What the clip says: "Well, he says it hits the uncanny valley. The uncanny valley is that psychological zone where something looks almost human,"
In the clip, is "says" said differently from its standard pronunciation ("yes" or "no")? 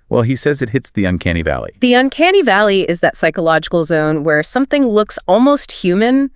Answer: no